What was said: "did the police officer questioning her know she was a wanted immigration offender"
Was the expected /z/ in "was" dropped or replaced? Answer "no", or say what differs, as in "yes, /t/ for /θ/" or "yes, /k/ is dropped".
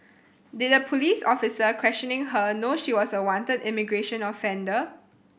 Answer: yes, /s/ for /z/